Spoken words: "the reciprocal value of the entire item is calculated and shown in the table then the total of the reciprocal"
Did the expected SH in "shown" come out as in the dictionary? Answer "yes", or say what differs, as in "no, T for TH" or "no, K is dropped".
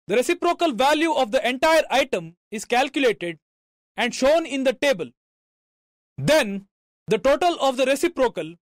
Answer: yes